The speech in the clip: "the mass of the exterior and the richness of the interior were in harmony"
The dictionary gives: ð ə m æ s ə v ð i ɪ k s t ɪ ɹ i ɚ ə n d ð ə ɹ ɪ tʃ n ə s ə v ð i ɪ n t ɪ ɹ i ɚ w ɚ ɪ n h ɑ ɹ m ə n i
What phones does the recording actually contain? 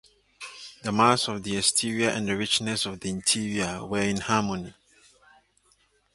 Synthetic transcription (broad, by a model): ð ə m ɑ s ə v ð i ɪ s t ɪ ɹ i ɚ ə n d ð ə ɹ ɪ tʃ n ə s ə v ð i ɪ n t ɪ ɹ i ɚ w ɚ ɪ n h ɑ m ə n i